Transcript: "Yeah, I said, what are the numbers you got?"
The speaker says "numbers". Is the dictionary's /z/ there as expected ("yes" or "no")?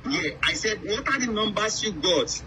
no